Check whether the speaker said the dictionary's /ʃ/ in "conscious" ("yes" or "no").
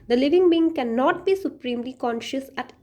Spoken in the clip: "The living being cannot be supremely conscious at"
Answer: yes